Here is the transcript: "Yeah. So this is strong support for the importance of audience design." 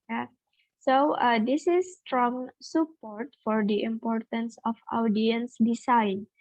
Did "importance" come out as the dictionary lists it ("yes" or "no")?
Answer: yes